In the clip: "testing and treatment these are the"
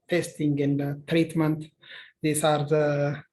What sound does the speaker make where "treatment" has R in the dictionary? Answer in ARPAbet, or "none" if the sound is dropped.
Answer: R